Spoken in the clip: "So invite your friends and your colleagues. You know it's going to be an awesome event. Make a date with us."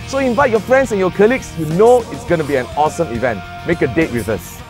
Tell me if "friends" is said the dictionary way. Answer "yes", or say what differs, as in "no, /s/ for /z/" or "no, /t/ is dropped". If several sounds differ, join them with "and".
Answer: no, /s/ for /z/